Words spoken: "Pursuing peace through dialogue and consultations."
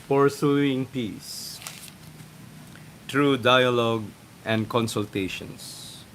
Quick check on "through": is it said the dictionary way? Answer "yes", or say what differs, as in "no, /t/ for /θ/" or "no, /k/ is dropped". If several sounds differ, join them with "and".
no, /t/ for /θ/